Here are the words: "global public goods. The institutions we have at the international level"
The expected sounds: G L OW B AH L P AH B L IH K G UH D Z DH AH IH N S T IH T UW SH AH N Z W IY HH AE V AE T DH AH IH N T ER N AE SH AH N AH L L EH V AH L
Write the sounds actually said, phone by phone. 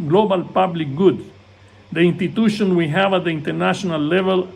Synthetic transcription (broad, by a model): G L OW B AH L P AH B L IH K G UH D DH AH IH N S T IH T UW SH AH N W IY HH AE V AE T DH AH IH N T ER N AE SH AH N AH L L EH V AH L